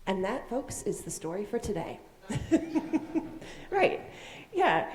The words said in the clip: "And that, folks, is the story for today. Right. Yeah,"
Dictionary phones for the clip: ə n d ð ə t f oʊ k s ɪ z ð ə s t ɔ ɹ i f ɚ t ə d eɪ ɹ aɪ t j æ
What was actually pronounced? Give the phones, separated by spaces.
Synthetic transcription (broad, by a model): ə n ð ə t f oʊ k s ɪ z ð ə s t ɔ ɹ i f ɚ t ə d eɪ ɹ aɪ t j æ